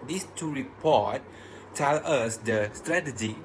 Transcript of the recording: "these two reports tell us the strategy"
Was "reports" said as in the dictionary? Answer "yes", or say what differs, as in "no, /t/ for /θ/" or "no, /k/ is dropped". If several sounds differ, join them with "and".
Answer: no, /s/ is dropped